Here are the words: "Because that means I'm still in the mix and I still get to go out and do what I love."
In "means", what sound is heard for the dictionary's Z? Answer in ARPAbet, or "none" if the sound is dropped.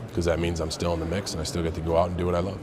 Z